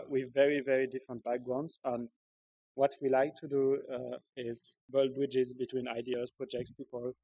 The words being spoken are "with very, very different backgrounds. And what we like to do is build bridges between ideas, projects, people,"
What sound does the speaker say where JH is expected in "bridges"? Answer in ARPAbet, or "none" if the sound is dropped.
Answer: JH